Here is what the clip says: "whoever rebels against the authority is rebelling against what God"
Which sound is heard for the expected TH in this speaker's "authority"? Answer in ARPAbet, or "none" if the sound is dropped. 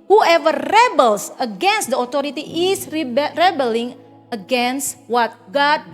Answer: T